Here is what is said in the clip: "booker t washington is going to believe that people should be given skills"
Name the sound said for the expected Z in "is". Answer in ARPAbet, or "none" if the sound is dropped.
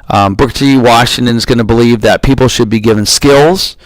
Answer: Z